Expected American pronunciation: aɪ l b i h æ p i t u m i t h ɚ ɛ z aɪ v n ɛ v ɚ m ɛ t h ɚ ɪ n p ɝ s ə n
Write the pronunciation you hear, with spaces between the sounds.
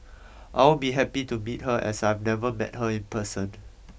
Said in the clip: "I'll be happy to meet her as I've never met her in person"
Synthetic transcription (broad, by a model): aɪ w b i h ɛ p i t u m i t h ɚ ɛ s aɪ v n ɛ v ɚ m ɛ t h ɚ ɪ n p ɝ s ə n